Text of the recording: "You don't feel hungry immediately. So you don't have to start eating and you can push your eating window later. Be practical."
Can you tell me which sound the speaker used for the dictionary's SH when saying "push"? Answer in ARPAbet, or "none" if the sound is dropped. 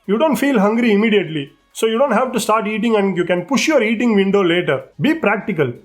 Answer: SH